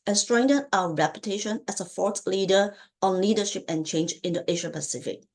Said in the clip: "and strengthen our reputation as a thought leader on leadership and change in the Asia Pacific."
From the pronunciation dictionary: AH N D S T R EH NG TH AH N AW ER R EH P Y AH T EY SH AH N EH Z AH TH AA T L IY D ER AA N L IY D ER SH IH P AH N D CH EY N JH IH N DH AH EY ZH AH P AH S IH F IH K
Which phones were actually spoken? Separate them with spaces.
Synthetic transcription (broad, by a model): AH N S T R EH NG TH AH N AW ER R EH P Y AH T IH SH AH N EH S AH F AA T L IY D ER AA N L IY D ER SH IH P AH N CH EY N JH IH N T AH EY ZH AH P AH S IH F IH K